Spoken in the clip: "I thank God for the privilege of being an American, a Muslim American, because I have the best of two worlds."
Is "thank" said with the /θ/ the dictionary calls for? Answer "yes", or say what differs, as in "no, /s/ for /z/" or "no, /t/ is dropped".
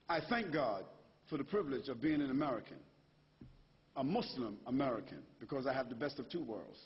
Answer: yes